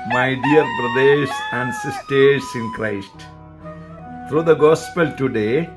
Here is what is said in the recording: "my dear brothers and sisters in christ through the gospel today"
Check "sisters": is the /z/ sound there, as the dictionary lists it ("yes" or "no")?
no